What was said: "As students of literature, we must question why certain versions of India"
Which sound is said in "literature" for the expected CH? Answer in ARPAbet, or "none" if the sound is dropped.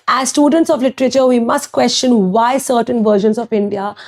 CH